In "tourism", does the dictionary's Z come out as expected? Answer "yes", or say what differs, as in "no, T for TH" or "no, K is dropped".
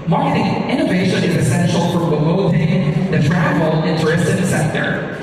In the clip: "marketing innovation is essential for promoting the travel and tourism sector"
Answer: no, S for Z